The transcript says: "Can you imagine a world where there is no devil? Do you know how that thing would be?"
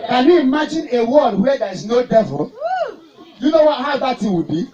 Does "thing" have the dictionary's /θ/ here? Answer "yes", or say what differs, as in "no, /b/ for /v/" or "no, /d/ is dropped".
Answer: no, /t/ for /θ/